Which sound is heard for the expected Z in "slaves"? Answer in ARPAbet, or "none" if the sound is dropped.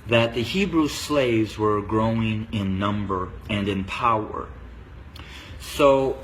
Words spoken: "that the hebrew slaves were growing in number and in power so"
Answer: Z